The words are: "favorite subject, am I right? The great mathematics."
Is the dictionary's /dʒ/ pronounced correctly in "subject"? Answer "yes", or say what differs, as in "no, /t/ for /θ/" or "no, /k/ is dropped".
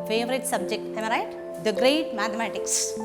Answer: yes